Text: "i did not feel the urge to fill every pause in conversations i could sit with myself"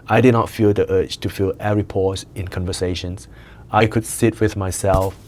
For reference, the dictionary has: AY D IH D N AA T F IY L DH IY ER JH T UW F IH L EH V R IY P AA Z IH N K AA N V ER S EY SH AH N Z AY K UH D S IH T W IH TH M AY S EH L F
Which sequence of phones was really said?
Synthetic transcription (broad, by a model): AY D IH D N AA T F IY L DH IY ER CH T UW F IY L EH R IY P AA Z IH N K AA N V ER S EY SH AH N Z AY K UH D S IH T W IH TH M AY S EH L F